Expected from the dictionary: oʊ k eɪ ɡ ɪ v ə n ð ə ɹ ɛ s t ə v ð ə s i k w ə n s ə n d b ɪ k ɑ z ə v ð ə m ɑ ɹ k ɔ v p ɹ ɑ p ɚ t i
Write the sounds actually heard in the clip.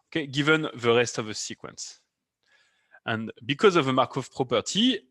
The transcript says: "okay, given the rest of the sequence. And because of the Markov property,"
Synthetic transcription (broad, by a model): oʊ k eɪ ɡ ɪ v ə n ð ə ɹ ɛ s t ə v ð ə s i k w ə n s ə n b ɪ k ɑ z ə v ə m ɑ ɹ k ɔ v p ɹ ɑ p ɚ t i